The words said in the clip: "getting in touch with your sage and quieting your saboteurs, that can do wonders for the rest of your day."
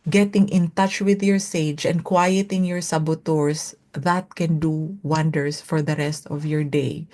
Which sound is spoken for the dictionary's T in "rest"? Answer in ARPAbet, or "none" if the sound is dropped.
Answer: T